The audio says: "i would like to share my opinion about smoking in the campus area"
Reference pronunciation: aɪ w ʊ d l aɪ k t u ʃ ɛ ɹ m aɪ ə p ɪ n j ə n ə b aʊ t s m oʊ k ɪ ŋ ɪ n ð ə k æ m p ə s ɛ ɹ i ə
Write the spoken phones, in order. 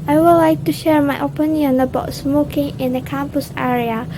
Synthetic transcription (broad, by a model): aɪ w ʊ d l aɪ k t u ʃ ɛ ɹ m aɪ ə p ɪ n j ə n ə b aʊ t s m oʊ k ɪ ŋ ɪ n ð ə k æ m p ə s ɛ ɹ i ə